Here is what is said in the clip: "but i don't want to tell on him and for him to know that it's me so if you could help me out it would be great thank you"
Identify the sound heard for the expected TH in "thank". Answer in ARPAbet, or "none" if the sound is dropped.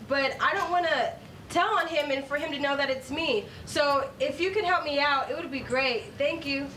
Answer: TH